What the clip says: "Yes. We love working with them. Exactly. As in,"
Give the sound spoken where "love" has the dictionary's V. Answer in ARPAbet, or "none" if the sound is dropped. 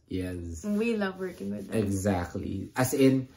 V